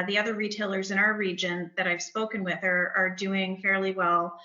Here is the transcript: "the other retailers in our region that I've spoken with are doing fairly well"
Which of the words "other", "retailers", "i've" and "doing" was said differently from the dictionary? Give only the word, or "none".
none